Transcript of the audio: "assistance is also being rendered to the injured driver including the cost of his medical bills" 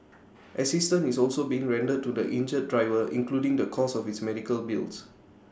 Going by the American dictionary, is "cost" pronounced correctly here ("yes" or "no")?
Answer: no